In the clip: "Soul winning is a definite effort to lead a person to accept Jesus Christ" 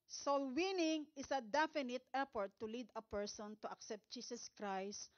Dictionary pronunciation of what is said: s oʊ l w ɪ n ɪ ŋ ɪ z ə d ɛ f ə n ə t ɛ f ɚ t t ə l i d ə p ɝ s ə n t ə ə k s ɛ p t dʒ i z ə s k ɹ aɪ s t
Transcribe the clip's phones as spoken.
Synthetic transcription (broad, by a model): s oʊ l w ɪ n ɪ ŋ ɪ s ə d ɛ f ə n ə t ɛ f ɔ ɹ t ə l i d ə p ɝ s ə n t ə ə k s ɛ p t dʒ i s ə s k ɹ aɪ s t